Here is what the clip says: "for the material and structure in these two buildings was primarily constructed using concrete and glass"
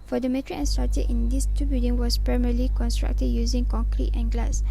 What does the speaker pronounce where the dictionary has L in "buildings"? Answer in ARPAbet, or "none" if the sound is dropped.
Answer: none